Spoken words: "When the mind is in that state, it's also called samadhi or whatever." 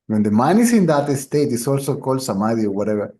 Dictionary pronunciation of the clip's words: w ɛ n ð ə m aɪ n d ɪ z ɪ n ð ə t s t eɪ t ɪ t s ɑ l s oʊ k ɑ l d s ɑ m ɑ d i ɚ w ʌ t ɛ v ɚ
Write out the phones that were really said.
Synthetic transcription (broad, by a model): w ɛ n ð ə m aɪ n ɪ s ɪ n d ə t s t eɪ t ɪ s ɑ l s oʊ k ɑ l d s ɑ m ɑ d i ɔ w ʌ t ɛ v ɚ